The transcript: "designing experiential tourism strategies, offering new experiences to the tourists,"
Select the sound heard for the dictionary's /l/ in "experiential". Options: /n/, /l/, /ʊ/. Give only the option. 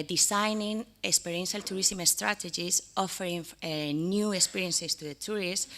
/l/